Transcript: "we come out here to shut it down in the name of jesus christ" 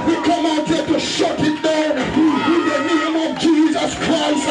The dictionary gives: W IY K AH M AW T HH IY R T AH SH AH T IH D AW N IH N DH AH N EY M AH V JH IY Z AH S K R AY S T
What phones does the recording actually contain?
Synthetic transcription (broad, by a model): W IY K AH M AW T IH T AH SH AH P IH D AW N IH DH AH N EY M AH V JH IY Z AH S K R AY S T